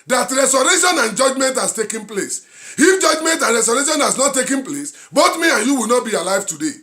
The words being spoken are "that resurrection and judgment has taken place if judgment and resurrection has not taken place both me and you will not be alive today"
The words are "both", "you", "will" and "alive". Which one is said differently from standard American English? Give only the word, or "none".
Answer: both